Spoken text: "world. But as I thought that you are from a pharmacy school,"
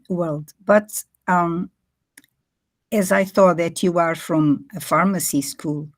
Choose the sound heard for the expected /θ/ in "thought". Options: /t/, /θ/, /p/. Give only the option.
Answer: /θ/